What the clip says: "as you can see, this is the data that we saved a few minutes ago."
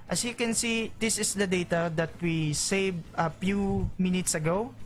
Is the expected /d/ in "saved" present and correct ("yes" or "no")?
no